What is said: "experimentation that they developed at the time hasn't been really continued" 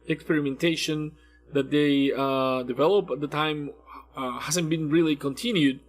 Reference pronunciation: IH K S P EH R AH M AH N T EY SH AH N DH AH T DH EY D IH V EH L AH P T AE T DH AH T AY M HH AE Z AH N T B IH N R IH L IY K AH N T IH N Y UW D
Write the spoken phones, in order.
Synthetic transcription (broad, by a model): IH K S P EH R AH M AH N T EY SH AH N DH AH T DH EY D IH V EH L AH P AE T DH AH T AY M HH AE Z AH N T B IH N R IH L IY K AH N T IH N Y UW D